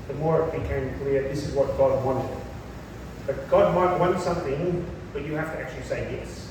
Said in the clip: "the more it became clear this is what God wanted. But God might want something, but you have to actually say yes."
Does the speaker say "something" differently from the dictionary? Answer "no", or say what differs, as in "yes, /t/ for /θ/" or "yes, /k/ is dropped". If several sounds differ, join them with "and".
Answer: no